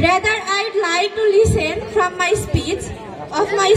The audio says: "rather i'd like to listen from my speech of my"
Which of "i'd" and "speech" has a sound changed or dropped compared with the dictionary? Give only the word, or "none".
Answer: speech